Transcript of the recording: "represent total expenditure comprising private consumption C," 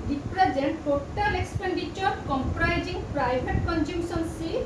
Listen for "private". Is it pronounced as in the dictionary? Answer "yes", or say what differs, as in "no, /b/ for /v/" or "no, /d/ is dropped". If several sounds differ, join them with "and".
no, /b/ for /v/